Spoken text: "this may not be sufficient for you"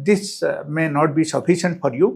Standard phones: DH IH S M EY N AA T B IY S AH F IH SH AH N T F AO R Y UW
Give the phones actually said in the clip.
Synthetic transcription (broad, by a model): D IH S M EY N AA T B IY S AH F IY S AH N T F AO R Y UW